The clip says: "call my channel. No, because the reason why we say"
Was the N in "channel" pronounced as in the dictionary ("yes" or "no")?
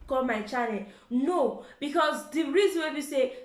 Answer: no